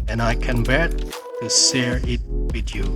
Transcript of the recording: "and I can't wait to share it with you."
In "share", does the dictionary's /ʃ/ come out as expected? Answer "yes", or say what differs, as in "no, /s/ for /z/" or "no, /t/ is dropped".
no, /s/ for /ʃ/